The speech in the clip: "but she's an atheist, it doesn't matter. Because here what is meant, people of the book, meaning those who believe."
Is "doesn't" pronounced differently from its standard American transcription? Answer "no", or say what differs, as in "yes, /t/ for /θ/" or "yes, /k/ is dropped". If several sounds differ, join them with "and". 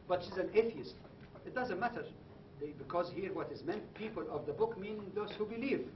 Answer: no